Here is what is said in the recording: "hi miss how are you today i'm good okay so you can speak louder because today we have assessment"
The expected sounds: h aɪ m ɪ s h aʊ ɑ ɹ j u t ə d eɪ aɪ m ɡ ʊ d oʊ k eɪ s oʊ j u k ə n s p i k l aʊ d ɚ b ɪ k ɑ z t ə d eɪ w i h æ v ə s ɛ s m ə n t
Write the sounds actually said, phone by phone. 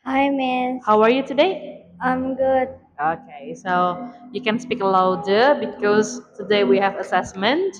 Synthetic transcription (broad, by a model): h aɪ m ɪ h aʊ ɑ ɹ j u t ə d eɪ aɪ m ɡ ʊ d oʊ k eɪ s oʊ j u k ə n s p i k l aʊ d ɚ b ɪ k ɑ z t ə d eɪ w i h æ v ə s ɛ s m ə n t